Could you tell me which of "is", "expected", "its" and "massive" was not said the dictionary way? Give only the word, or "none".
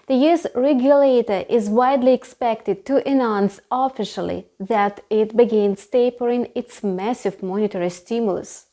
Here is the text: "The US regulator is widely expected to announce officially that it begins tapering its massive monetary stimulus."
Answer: none